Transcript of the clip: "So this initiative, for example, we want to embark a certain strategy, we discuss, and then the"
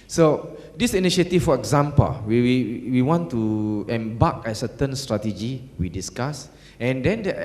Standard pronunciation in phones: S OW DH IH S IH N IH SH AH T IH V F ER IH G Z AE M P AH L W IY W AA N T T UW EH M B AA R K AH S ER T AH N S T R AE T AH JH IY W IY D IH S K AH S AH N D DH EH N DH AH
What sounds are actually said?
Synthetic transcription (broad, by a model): S OW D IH S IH N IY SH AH T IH F F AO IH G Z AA M P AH L W IY W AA N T T UW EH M B AA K AH S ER T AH N S T R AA T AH JH IY W IY D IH S K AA S AH N D EH N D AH